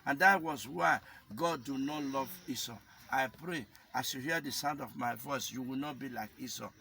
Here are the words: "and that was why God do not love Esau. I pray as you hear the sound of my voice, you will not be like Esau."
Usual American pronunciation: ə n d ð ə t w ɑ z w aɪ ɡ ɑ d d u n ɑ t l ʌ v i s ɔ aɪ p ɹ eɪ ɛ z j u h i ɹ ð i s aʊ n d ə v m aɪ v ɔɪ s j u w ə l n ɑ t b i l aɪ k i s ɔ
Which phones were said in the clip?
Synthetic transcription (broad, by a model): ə n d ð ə t w ɑ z w aɪ ɡ ɑ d d u n ɑ t l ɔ v i s ɔ aɪ p ɹ eɪ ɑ s j u h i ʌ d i s aʊ n d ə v m aɪ v ɔɪ s j u w ə l n ɑ t b i l aɪ k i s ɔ